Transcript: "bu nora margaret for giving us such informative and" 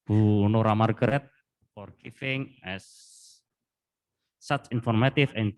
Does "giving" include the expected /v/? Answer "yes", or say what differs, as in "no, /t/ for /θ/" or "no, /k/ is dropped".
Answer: no, /f/ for /v/